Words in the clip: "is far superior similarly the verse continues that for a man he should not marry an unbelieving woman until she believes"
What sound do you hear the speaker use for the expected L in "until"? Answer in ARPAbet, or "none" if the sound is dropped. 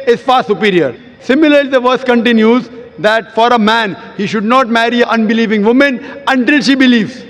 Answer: L